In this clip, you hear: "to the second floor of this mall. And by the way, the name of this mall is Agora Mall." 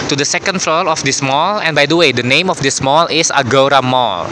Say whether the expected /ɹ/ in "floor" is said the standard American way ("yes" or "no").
no